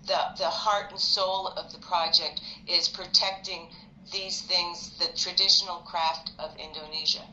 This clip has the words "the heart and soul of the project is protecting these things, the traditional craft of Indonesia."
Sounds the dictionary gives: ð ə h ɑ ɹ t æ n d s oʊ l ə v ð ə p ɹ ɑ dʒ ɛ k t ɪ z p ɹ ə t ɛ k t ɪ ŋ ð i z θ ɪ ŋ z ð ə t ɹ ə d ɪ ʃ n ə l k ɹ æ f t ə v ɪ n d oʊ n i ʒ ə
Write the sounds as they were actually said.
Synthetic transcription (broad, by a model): ð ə h ɑ ɹ t n s oʊ l ə v ð ə p ɹ ɑ dʒ ɛ k t ɪ z p ɹ ə t ɛ k t ɪ ŋ ð i z θ ɪ ŋ z ð ə t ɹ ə d ɪ ʃ n l k ɹ æ f t ə v ɪ n d oʊ n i ʒ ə